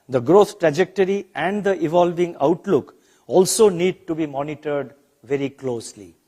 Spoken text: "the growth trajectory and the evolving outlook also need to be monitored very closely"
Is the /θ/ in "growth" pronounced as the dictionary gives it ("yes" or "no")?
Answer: no